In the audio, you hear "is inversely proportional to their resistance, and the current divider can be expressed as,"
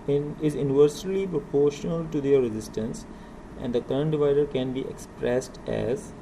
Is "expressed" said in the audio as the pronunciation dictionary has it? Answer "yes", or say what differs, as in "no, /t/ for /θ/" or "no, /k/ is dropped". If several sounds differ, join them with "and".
yes